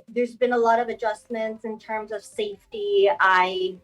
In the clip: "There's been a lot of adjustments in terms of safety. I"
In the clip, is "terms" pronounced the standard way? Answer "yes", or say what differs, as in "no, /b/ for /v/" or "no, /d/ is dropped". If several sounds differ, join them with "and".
yes